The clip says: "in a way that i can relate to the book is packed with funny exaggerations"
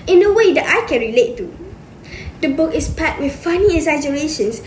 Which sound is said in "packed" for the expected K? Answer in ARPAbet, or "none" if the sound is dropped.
none